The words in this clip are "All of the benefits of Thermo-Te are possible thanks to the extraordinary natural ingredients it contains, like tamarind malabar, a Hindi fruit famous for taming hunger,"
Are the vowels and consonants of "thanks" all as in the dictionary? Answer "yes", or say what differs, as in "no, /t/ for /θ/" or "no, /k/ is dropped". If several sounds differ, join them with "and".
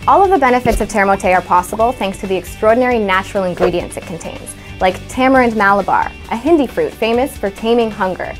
yes